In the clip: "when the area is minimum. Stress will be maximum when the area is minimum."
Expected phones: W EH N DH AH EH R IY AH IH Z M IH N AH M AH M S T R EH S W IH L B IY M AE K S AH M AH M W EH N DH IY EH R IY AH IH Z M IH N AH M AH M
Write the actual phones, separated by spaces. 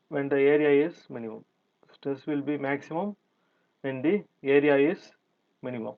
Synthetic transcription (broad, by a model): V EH N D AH EH R IY AH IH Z M IH N AH M AH M S T R EH S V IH L B IY M AE K S AH M AH M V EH N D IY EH R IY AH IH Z M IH N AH M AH M